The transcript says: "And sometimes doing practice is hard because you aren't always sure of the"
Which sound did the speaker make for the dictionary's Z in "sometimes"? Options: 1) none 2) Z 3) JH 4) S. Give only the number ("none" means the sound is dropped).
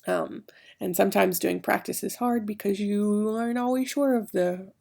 2